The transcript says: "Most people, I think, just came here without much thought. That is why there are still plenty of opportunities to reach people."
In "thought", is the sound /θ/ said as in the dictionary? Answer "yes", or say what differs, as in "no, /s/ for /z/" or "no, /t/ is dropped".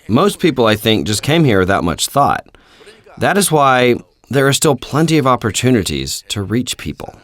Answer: yes